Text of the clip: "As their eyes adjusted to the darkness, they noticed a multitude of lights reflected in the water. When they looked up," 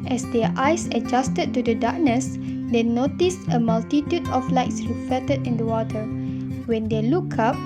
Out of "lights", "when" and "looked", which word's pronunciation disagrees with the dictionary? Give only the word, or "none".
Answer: looked